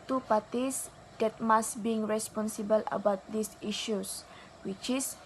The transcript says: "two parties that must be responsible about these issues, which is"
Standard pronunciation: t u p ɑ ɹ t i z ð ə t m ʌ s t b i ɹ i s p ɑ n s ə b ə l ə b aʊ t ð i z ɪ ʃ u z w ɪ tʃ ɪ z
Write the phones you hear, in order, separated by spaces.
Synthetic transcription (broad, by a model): t u p ɑ t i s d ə t m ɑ s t b i ɹ i s p ɑ n s ə b ə l ə b aʊ t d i s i ʃ u s w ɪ tʃ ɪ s